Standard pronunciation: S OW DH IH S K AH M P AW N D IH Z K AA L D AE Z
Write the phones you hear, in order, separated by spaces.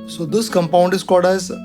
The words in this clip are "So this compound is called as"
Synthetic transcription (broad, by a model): S OW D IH S K AH M P AW N D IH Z K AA D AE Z